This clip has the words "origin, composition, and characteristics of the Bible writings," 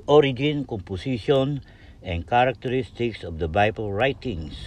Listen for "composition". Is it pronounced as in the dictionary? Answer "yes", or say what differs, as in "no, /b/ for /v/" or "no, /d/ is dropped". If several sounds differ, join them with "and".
no, /s/ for /z/